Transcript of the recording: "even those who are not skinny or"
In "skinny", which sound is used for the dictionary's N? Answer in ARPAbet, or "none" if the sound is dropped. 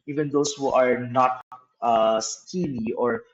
L